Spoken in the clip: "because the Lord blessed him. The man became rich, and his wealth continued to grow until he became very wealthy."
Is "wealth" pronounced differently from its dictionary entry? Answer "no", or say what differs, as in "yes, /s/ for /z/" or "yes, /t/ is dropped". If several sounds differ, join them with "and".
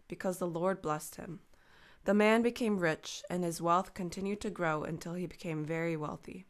no